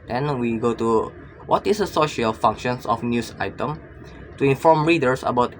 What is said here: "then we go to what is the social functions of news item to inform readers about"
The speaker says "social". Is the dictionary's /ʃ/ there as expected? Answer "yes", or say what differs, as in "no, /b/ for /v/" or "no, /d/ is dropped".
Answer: yes